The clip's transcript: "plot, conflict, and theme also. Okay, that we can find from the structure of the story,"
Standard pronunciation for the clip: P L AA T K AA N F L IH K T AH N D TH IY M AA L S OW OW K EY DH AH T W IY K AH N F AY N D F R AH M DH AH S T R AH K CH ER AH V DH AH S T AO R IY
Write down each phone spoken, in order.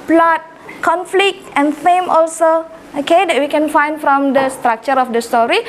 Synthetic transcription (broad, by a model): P L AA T K AA N F L IH K T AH N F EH M AA L S OW OW K EY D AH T W IY K AH N F AY N D F R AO M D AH S T R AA K CH ER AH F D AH S T AO R IY